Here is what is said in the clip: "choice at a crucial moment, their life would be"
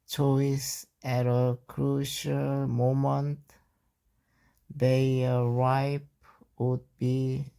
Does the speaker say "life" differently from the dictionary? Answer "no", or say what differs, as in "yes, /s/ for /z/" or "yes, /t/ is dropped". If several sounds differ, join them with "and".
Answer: yes, /p/ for /f/